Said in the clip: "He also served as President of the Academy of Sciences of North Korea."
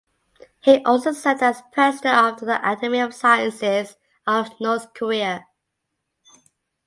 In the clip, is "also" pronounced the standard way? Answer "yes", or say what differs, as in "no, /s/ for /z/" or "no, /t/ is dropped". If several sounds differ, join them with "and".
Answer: yes